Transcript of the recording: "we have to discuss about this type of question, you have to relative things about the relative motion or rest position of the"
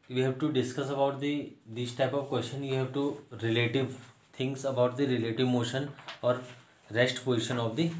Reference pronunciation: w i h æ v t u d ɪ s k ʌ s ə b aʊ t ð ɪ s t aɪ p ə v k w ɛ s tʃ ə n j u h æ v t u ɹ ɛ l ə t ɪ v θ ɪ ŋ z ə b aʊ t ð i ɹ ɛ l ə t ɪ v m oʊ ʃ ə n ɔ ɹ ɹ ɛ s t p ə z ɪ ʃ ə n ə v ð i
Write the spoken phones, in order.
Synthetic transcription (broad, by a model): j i h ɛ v t u d ɪ s k ʌ s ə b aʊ t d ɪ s t aɪ p ə v k w ɛ s tʃ ə n j u h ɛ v t u ɹ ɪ l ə t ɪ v t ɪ ŋ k ə b aʊ t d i ɹ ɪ l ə t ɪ v m oʊ ʃ ə n ɔ ɹ ɹ ɛ s t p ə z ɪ ʃ ə n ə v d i